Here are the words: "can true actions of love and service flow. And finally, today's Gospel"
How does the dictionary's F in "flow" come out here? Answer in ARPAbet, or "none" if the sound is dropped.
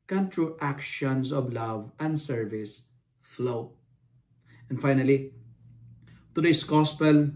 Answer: F